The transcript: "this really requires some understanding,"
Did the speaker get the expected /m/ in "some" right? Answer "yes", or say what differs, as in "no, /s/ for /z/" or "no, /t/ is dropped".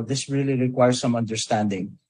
yes